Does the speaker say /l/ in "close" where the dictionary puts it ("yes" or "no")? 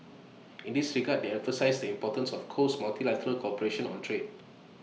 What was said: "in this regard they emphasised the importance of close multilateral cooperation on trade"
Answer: no